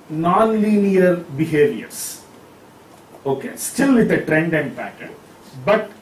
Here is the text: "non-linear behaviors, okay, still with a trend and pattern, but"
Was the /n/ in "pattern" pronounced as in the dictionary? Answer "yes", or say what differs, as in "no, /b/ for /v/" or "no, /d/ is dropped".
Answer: no, /l/ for /n/